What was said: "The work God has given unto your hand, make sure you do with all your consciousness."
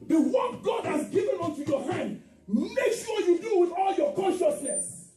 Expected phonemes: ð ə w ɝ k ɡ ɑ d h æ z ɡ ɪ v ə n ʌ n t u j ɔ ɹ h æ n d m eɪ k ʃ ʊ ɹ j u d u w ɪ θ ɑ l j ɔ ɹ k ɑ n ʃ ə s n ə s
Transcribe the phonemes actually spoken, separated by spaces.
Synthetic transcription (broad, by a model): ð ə w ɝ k ɡ ɑ d h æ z ɡ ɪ v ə n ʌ n t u j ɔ h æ n d m eɪ k s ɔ j u d u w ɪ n ɑ l j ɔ k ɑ n ʃ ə s n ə s